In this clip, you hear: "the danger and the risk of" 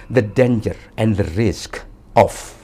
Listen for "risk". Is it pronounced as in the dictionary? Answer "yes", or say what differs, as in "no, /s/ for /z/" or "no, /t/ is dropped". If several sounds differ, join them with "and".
yes